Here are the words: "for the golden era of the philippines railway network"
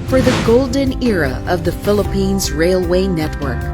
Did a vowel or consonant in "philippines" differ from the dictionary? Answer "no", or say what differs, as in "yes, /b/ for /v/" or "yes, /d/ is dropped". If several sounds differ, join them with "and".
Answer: no